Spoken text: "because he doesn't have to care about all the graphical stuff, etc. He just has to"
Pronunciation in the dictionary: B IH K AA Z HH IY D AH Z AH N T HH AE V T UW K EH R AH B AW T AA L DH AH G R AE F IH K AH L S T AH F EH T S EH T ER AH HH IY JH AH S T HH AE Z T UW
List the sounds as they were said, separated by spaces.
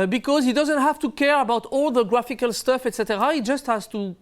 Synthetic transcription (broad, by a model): B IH K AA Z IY D AH Z AH N T HH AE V T UW K EH R AH B AW T AA L DH AH G R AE F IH K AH L S T AH F EH T S EH T ER AH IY JH AH S T HH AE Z T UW